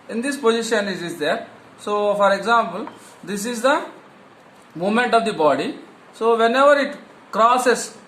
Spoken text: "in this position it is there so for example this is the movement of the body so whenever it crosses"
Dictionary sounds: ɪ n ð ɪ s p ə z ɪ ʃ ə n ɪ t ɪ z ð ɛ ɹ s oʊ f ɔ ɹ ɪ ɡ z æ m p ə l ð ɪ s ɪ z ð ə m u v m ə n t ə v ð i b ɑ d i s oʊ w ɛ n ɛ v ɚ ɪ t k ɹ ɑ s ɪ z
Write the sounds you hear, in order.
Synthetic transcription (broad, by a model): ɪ n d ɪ s p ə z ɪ ʃ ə n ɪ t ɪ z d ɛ ɹ s oʊ f ɔ ɹ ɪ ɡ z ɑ m p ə l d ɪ s ɪ z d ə m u m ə n t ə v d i b ɑ d i s oʊ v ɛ n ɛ v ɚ ɪ t k ɹ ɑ s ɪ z